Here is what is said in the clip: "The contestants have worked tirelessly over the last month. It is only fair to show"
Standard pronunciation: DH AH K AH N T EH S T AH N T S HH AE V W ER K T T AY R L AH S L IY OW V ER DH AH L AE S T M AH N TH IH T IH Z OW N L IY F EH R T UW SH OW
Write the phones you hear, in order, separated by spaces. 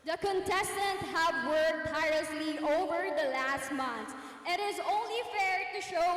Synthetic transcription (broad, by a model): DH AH K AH N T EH S T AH N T HH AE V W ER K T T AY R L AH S L IY OW V ER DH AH L AE S T M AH N S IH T IH Z OW N L IY F EH R T UW SH OW